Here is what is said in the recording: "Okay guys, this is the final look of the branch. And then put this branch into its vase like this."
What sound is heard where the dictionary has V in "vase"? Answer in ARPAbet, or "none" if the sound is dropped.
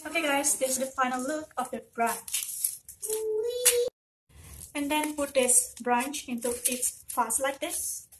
F